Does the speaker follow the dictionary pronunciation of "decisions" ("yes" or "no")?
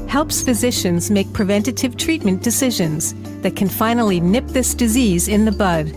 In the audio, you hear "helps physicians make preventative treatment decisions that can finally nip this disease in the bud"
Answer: yes